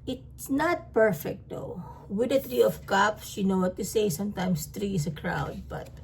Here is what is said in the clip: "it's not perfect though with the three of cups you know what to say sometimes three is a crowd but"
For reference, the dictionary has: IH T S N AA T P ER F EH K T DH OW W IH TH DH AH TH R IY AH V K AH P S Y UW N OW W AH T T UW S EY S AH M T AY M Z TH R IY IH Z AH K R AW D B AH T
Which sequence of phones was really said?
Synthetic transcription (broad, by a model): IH T S N AA T P ER F EH K T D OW W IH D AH T R IY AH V K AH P S Y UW N OW W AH T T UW S EY S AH M T AY M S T R IY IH S AH K R AW D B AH T